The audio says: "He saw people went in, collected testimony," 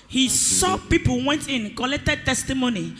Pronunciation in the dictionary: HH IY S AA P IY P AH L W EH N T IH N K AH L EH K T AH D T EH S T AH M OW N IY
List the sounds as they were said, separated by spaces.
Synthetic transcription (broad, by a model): HH IY S AA P IY P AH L W EH N T IH N K AH L EH K T AH D T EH S T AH M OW N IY